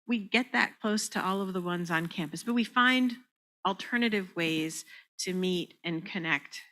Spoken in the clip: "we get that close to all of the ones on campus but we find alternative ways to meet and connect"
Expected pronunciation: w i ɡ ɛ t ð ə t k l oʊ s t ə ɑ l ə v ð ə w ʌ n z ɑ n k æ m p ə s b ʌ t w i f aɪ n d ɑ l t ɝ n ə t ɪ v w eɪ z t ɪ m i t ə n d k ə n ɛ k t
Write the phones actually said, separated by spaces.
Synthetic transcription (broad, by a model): w i ɡ ɛ t ð ə t k l oʊ s t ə ɑ l ə v ð ə w ʌ n z n k æ m p ə s b ʌ t w i f aɪ n d l t ɝ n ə t ɪ v w eɪ z t ɪ m i t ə n k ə n ɛ k t